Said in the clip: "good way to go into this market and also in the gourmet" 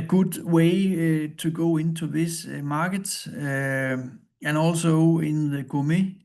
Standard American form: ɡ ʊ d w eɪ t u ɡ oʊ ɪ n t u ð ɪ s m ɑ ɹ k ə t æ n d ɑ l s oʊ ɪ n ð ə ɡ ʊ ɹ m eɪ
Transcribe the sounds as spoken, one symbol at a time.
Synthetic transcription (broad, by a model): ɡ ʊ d w eɪ s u ɡ oʊ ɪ n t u ð ɪ s m ɑ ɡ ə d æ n ɑ l s oʊ ɪ n ð ə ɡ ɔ m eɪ